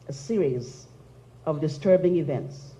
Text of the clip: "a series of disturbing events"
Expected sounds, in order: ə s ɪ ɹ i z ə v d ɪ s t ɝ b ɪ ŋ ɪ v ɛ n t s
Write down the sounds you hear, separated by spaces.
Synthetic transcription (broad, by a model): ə s ɪ ɹ i z ə v d ɪ s t ɝ b ɪ ŋ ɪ v ɛ n t s